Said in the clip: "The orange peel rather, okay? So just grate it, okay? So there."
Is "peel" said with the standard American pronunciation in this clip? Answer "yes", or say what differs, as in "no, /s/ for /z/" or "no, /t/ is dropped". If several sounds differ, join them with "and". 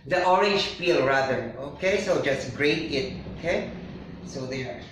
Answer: no, /f/ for /p/